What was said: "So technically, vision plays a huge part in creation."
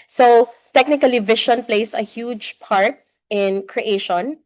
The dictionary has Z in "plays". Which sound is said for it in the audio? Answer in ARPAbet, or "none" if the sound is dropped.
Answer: S